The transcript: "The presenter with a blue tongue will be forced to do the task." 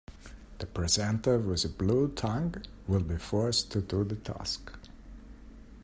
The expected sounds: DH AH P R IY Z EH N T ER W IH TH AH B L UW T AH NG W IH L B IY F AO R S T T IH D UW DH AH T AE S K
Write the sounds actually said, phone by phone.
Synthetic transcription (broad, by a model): DH AH P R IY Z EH N T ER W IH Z AH B L UW T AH NG W IH L B IY F AO R S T T IH D UW DH AH T AE S K